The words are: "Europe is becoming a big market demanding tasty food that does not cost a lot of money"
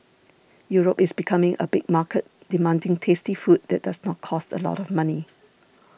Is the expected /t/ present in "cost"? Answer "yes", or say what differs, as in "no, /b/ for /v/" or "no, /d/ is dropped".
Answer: yes